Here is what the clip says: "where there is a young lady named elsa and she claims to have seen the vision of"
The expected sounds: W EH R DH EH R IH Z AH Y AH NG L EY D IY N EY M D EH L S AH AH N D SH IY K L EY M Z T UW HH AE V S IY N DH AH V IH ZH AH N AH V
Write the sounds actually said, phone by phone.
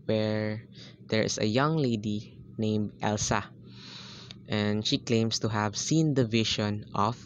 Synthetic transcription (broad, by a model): W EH R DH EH R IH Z AH Y AH NG L EY D IY N EY M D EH L S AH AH N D SH IY K L EY M S T UW HH AE V S IY N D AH V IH SH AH N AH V